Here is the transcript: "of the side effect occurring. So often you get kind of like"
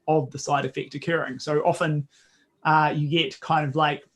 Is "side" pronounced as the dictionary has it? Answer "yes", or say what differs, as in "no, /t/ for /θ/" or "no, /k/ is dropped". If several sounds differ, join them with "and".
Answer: yes